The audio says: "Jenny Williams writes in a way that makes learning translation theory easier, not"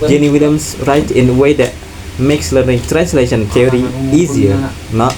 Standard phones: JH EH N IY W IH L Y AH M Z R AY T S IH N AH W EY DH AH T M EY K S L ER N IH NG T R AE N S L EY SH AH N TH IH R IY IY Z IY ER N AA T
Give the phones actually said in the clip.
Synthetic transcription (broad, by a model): JH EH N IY W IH L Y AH M S R AY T IH N AH W EY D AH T M EY K S L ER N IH NG T R AE N S L EY SH AH N T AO R IY IY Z IY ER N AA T